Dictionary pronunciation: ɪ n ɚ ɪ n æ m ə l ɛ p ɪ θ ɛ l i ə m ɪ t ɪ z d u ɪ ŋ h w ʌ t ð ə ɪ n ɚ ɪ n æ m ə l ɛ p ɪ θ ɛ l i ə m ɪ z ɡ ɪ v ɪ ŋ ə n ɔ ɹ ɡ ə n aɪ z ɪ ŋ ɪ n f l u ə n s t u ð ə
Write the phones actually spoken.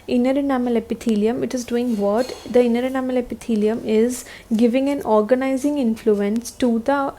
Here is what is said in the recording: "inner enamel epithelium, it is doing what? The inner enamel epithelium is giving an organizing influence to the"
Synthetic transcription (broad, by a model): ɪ n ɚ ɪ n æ m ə l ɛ p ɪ t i l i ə m ɪ t ɪ z d u ɪ ŋ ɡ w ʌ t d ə ɪ n ɚ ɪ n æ m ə l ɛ p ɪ t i l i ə m ɪ z ɡ ɪ v ɪ ŋ ə n ɔ ɹ ɡ ə n aɪ z ɪ ŋ ɪ n f l u ə n s t u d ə